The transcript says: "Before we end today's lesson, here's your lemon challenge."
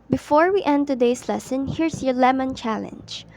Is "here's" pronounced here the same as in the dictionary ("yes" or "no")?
no